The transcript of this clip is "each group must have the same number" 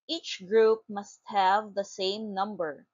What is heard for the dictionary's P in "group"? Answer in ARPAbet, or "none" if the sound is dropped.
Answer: P